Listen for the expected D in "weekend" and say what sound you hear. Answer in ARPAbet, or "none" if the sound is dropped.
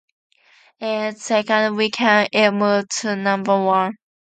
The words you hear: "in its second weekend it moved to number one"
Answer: none